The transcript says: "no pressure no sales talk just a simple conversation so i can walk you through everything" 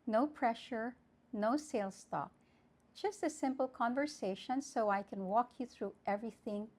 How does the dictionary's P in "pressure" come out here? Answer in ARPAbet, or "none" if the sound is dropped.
P